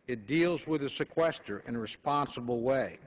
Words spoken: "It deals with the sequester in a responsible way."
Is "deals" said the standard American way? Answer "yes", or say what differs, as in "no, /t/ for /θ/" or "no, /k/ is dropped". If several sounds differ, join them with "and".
yes